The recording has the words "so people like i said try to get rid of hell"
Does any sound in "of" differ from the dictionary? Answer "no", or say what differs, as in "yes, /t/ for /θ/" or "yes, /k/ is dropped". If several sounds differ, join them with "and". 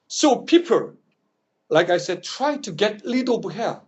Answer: yes, /b/ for /v/